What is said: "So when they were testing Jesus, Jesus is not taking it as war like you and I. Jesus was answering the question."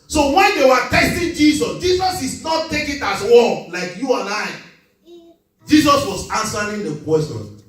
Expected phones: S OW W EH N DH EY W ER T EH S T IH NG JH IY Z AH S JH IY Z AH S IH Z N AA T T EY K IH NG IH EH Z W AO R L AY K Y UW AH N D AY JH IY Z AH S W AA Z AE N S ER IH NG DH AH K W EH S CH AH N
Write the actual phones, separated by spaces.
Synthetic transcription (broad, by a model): S OW W EH N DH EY W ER T EH S T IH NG JH IY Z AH S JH IY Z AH S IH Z N AA T T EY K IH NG IH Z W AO L L AY K Y UW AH N AY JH IY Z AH S W AA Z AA N S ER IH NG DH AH K W EH S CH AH N